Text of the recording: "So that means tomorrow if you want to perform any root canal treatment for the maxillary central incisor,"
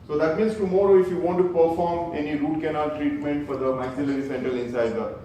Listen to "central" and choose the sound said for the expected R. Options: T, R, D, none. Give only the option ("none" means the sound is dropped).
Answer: none